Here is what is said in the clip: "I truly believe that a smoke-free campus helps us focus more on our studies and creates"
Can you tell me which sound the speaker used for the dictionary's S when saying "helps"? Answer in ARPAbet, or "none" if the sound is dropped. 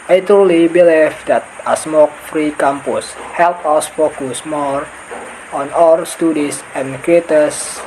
none